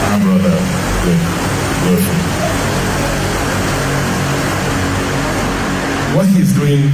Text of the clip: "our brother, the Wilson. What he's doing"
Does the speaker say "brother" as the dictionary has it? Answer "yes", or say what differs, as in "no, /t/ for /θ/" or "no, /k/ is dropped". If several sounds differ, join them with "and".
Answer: yes